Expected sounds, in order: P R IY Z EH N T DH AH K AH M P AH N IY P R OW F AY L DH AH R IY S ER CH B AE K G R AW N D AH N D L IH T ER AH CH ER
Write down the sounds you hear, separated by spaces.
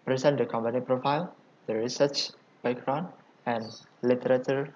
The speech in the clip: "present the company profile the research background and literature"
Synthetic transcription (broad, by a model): P R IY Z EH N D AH K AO M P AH N IY P R OW F AY L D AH R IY S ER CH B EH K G R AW N AH N L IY T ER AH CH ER